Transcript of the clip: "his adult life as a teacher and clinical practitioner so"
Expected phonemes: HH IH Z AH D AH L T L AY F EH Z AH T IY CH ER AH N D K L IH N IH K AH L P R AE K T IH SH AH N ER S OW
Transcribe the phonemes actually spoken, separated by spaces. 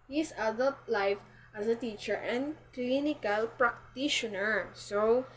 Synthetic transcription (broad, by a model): HH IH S AH D AH L T L AY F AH S AH T IY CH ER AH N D K L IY N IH K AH L P R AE K T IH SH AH N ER S OW